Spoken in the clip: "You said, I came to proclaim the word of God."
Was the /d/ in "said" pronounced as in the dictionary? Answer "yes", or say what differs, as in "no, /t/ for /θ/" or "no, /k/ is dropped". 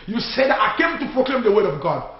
yes